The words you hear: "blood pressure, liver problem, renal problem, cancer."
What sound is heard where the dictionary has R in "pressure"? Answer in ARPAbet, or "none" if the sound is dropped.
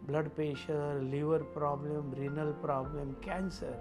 none